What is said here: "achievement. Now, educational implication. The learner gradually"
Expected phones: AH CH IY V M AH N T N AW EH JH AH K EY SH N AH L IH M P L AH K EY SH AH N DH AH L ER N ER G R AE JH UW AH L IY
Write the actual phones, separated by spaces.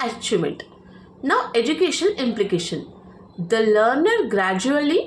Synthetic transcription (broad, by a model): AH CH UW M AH N T N AW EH JH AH K EY SH AH N IH M P L AH K EY SH AH N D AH L ER N ER G R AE JH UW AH L IY